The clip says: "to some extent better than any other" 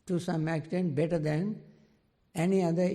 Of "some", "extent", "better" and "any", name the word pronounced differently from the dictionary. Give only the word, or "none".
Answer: extent